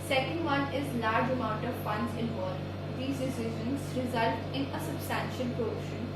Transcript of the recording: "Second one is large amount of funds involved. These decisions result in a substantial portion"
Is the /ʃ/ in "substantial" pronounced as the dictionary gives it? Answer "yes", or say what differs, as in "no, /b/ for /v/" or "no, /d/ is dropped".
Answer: yes